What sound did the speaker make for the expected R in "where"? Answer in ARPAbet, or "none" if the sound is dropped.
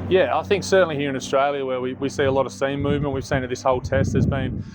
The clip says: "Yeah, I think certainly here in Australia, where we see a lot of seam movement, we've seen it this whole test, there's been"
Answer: W